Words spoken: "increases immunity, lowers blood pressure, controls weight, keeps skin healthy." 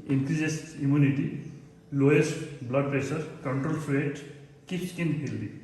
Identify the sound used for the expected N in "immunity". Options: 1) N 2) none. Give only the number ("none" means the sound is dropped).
1